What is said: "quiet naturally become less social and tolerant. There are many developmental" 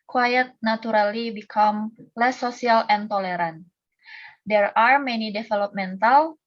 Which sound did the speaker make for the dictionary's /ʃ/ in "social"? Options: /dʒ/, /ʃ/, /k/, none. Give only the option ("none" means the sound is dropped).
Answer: none